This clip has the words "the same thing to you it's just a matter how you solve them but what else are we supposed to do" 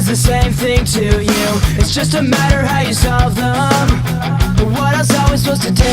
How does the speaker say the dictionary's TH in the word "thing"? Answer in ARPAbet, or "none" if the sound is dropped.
TH